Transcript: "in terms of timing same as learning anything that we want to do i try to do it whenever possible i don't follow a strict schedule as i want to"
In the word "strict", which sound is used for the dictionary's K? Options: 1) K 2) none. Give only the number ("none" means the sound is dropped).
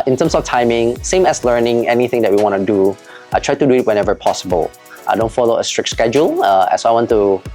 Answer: 1